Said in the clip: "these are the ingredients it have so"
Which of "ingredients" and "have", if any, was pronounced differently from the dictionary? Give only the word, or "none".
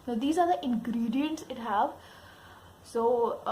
none